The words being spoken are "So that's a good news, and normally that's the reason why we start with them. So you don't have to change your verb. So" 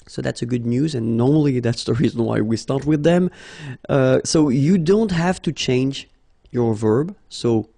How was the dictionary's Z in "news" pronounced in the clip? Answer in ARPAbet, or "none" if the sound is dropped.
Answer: Z